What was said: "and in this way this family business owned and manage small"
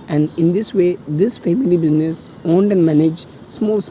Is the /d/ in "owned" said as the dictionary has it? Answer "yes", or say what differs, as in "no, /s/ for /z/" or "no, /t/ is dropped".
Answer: yes